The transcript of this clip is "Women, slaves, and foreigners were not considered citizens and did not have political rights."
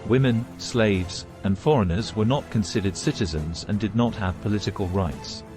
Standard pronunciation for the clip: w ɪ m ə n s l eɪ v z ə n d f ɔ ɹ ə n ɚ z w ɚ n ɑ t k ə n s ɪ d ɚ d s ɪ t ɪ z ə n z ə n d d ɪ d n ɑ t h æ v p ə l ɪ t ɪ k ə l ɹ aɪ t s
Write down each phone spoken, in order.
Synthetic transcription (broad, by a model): w ɪ m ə n s l eɪ v z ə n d f ɔ ɹ ə n ɚ z w ɚ n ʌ t k ə n s ɪ d ɚ d s ɪ t ɪ z ə n z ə n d d ɪ d n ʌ t h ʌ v p ə l ɪ t ɪ k ə l ɹ aɪ t s